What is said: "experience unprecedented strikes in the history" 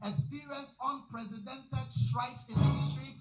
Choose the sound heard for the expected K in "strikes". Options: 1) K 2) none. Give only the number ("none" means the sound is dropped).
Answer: 2